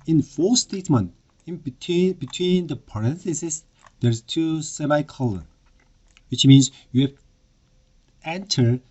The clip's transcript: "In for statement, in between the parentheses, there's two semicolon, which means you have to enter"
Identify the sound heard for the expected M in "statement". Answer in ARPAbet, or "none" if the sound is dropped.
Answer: M